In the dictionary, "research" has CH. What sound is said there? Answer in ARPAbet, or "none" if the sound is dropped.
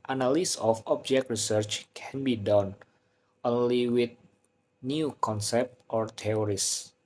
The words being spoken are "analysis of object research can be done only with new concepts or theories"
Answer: CH